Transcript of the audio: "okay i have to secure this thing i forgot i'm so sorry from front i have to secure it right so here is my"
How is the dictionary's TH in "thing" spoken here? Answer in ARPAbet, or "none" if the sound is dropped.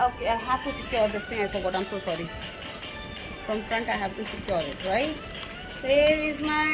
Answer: T